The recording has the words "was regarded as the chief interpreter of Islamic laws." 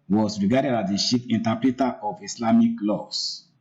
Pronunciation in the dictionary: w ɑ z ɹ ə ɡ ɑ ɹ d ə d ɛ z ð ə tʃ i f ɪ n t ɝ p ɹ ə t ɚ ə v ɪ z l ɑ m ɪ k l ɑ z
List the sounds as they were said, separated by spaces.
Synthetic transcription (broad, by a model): w ɑ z ɹ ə ɡ ɑ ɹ d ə d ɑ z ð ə ʃ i p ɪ n t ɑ p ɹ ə t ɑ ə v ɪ s l ɑ m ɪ k l ɑ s